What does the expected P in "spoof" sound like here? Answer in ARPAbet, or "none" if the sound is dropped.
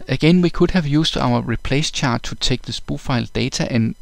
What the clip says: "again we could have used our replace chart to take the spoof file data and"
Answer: B